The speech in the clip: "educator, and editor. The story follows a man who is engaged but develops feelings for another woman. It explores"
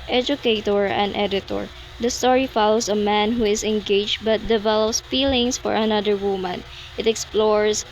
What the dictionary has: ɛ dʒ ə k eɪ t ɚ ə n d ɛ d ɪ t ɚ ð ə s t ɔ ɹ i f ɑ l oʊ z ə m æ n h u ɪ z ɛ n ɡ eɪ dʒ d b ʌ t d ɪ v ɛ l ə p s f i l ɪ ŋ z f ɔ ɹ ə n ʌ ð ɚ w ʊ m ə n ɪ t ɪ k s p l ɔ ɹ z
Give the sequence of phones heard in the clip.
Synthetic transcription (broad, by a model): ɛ dʒ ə k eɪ t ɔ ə n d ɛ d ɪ t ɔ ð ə s t ɔ ɹ i f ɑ l oʊ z ə m æ n h u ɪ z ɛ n ɡ eɪ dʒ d b ʌ t d ɪ v ɛ l ə p s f i l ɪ ŋ s f ɔ ɹ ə n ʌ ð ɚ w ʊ m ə n ɪ t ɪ k s p l ɔ ɹ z